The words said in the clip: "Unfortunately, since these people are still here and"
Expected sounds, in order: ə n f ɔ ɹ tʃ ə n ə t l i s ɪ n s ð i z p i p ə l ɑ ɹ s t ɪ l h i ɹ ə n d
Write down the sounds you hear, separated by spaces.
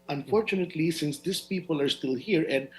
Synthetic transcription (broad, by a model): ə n f ɔ ɹ tʃ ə n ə t l i s ɪ n s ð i s p i p ə l ɑ ɹ s t ɪ l h i ɹ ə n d